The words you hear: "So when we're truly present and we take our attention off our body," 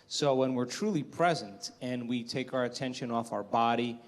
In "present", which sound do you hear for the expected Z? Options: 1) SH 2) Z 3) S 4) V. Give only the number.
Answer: 2